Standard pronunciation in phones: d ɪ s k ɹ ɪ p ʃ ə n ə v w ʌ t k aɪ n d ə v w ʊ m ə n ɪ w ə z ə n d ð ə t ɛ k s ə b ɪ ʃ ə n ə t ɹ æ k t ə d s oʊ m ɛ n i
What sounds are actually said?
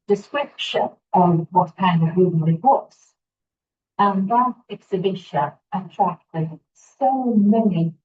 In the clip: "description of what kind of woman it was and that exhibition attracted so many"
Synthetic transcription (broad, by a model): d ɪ s k ɹ ɪ p ʃ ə n ə v w ʌ t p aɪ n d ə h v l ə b ɪ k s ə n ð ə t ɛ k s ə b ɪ ʃ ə ə t ɹ æ k t ə d s oʊ m ɛ n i